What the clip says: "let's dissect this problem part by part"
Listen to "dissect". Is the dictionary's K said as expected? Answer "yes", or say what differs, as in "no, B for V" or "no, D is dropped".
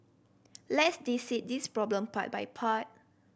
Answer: no, K is dropped